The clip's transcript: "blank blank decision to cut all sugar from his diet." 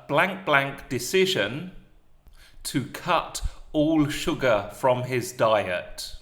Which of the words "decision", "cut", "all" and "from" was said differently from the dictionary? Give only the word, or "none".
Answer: none